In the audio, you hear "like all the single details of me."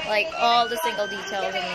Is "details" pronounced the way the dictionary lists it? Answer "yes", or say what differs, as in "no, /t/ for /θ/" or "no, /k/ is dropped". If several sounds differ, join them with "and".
yes